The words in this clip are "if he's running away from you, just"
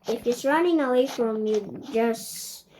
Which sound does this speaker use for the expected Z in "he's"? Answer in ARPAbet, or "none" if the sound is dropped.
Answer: S